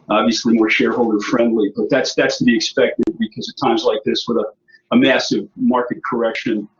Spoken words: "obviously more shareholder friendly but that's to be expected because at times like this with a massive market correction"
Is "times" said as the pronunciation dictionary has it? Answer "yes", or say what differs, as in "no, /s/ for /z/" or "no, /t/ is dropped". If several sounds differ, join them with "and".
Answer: yes